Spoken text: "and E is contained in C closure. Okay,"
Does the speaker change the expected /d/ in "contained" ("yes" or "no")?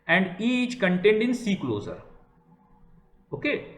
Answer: no